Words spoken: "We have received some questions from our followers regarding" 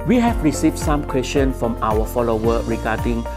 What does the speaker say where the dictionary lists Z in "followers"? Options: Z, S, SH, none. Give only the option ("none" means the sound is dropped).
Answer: none